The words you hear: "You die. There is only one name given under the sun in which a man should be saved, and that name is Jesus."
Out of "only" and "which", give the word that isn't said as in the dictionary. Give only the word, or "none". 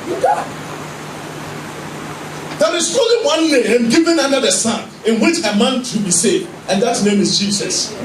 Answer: only